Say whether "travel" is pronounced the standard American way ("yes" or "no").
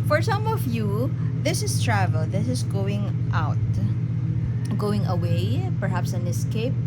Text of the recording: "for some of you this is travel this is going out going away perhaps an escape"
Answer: yes